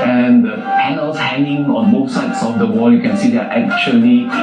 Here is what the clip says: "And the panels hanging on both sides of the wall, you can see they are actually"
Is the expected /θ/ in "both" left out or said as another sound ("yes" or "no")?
yes